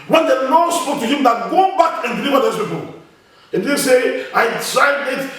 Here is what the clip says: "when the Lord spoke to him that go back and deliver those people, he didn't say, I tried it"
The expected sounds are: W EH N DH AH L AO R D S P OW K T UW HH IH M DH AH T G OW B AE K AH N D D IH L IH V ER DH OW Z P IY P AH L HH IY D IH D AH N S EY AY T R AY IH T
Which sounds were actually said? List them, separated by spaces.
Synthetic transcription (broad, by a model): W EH N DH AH N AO S P OW K T UW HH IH M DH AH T G OW B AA K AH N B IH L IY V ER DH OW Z P IY P AH L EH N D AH S EY AY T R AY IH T